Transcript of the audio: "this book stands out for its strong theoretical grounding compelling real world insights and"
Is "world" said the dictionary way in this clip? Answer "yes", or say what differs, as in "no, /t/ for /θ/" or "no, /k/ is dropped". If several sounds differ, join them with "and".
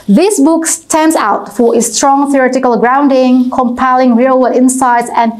no, /l/ is dropped